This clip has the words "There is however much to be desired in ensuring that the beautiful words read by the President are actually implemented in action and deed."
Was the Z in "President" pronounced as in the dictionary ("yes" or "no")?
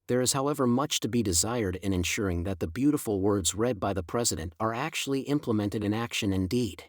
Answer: yes